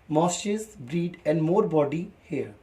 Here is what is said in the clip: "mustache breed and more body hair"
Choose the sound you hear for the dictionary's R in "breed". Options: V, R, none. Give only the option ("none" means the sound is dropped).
R